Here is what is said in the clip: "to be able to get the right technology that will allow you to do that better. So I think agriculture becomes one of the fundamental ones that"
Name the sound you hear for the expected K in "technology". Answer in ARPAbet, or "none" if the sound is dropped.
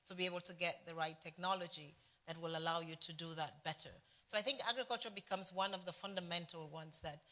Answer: K